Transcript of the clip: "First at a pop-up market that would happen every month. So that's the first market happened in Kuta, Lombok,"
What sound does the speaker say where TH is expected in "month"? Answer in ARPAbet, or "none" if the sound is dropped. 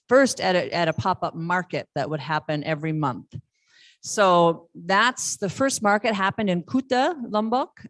TH